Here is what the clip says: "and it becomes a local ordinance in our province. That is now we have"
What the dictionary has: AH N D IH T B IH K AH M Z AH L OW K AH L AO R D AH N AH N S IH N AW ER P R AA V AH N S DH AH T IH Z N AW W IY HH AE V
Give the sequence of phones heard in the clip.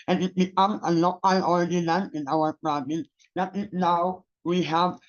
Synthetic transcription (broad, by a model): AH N IH T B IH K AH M AH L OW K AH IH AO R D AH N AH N IH N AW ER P R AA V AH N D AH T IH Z N AW W IY HH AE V